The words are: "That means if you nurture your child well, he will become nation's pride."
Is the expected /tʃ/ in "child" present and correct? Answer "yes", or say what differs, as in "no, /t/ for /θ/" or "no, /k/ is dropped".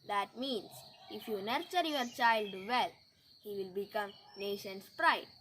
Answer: yes